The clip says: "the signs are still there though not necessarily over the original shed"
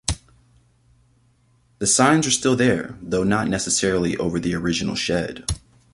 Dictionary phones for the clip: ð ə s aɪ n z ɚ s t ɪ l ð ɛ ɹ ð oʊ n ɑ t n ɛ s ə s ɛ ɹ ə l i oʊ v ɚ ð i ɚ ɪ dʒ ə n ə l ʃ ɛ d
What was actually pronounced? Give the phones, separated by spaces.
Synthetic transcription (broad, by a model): ð ə s aɪ n z ɚ s t ɪ l ð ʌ ɹ ð oʊ n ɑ t n ɛ s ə s ɛ ɹ l i oʊ v ɚ ð i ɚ ɪ dʒ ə n l ʃ ɛ d